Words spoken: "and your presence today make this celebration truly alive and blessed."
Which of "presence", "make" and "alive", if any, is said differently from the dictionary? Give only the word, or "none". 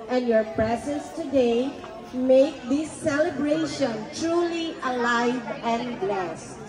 none